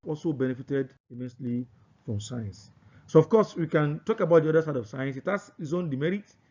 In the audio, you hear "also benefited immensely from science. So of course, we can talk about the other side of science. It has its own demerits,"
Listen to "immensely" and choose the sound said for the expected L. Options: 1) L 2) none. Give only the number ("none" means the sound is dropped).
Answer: 1